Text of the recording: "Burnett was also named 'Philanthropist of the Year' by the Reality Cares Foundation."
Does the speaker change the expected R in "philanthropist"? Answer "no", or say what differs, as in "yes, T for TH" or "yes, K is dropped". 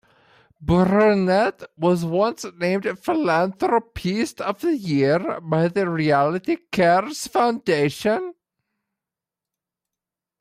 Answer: no